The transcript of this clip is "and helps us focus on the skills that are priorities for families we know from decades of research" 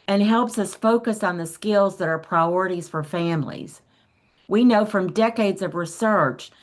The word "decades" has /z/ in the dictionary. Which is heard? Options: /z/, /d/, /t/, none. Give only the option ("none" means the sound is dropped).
/z/